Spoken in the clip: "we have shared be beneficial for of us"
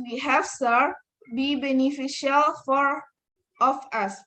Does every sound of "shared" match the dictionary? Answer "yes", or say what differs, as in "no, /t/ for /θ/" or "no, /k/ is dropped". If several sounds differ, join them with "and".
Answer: no, /s/ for /ʃ/